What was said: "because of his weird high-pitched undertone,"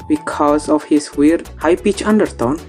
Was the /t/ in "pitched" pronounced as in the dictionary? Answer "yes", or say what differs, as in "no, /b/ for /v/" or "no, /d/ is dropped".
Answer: no, /t/ is dropped